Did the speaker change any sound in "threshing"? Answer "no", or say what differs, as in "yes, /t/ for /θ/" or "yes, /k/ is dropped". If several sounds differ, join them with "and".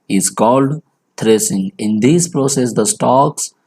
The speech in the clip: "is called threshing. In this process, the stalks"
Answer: yes, /t/ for /θ/ and /s/ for /ʃ/